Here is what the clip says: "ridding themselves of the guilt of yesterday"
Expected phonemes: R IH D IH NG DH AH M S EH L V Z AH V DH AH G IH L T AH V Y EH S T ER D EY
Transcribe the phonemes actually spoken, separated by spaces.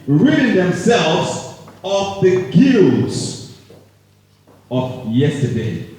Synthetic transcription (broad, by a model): R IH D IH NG DH AH M S EH L V Z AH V DH AH G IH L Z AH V Y EH S T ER D EY